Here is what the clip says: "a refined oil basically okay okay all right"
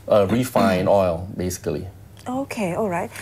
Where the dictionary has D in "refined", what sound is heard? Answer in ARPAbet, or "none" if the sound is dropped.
none